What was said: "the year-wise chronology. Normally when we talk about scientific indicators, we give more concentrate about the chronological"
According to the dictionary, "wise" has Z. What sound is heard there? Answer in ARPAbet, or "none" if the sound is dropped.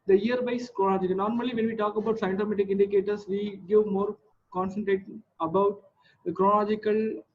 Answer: S